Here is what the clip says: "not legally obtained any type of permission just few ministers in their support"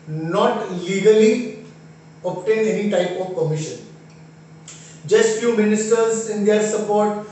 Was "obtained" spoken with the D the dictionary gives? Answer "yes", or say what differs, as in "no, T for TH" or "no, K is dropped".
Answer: no, D is dropped